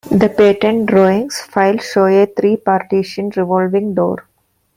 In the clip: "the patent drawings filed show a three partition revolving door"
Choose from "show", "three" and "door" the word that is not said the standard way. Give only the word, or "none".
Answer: three